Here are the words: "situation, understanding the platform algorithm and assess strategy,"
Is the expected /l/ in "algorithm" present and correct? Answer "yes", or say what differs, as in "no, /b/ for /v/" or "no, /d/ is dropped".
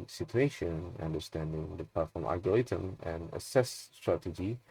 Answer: no, /l/ is dropped